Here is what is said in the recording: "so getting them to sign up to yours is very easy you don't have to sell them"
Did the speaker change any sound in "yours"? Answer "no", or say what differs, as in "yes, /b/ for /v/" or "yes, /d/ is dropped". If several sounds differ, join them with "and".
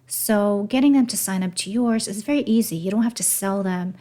no